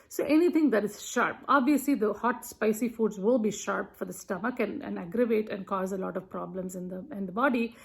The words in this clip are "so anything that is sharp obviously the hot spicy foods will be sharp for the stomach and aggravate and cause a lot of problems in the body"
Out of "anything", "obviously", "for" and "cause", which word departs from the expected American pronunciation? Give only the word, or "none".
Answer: anything